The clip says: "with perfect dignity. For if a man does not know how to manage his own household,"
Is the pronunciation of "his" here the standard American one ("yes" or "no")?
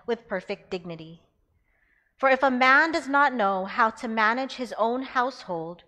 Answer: yes